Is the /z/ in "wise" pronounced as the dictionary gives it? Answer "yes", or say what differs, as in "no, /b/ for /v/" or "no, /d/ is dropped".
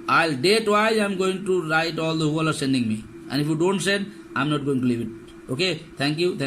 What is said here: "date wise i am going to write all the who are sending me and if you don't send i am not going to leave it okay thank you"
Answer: no, /z/ is dropped